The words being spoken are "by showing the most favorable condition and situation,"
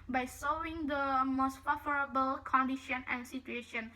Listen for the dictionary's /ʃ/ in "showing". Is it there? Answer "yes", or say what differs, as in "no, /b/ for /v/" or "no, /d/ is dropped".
no, /s/ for /ʃ/